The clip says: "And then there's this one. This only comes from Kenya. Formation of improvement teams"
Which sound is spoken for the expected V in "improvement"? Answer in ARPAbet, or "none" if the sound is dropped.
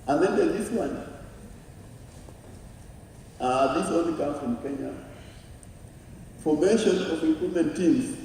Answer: none